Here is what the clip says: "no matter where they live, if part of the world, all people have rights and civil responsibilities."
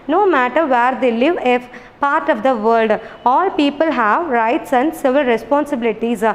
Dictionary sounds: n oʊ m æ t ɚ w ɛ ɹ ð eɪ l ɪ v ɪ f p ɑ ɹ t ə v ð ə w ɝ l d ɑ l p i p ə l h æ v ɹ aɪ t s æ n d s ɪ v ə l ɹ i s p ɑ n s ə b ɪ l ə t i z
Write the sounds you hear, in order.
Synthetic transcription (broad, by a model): n oʊ m æ t ɚ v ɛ ɹ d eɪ l ɪ v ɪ p ɑ ɹ t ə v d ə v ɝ l d ɑ l p i p ə l h æ v ɹ aɪ t s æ n d s ɪ v ə l ɹ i s p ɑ n s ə b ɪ l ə t i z